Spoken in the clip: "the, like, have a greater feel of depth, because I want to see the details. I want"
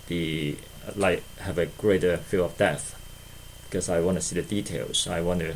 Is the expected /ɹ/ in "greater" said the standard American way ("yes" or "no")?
yes